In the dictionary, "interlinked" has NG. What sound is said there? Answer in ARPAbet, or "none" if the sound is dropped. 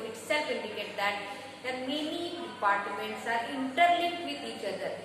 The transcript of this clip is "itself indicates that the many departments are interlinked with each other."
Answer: none